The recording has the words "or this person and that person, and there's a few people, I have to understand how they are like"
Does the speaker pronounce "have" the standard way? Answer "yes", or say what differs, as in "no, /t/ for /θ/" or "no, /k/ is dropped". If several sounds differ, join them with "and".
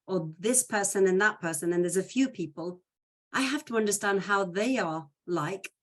no, /f/ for /v/